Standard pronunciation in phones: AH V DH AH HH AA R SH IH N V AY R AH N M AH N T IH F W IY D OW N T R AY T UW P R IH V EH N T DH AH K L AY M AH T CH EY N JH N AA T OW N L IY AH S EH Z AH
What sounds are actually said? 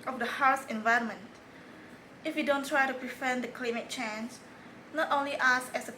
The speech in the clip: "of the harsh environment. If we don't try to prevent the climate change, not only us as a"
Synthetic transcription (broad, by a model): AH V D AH HH AA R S IH N V AY R AH N M AH N T IH F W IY D OW N T R AY T UW P R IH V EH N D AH K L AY M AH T CH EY N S N AA T OW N L IY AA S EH S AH